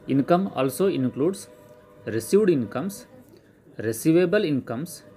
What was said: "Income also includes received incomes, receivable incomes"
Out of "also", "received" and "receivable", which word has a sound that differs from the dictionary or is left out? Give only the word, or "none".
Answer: none